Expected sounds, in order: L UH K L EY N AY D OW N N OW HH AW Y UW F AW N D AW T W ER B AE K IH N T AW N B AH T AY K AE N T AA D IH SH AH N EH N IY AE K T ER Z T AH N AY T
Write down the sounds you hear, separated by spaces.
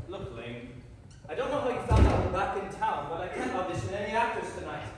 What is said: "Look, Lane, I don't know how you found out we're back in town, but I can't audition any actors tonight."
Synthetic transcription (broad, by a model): L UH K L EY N AY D OW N N OW HH AW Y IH F AW N D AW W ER B AE K IH N T AW N B AH T AY K AE N T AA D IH S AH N EH N IY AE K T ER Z T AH N AY T